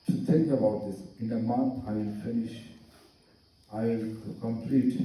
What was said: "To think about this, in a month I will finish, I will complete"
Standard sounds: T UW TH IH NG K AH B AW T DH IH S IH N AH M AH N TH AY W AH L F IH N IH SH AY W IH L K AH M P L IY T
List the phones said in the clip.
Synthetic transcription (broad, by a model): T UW T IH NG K AH B AW T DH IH S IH N AH M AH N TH AY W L F IH N IH SH AY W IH L K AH M P L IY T